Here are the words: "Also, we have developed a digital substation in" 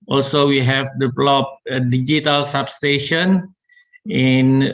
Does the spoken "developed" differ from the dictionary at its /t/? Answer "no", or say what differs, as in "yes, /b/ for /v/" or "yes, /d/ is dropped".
yes, /t/ is dropped